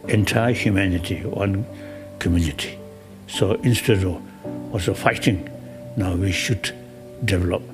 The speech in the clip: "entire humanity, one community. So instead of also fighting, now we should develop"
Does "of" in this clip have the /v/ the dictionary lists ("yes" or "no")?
no